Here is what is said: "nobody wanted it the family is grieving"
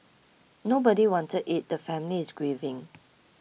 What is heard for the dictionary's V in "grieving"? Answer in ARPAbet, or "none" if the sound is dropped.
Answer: V